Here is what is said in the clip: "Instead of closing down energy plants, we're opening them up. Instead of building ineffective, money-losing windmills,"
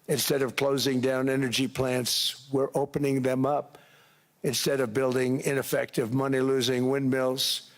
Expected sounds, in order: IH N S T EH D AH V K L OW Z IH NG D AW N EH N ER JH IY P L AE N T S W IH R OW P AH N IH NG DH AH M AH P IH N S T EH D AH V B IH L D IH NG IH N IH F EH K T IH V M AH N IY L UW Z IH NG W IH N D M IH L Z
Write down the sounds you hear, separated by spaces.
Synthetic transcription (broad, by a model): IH N S T EH D AH V K L OW Z IH NG D AW N EH N ER JH IY P L AE N T S W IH R OW P AH N IH NG DH AH M AH P IH N S T EH D AH V B IH L D IH NG IH N IH F EH K T IH V M AH N IY L UW Z IH NG W IH N M IH L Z